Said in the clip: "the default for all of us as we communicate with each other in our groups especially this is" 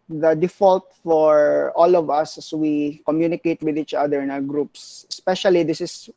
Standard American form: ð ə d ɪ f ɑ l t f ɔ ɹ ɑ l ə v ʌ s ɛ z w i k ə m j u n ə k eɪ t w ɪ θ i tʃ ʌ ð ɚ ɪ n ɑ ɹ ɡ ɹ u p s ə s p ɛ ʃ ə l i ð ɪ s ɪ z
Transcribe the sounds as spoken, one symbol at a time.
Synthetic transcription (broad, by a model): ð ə d ɪ f ɑ l t f ɔ ɹ ɑ l ə v ʌ s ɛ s w i k ə m j u n ə k eɪ t w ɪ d i tʃ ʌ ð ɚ ɪ n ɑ w ɡ ɹ u p s ə s p ɛ ʃ ə l i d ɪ s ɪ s